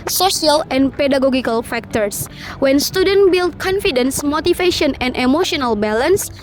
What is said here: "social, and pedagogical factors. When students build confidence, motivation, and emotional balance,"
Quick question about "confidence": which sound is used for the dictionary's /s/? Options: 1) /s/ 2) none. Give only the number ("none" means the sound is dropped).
1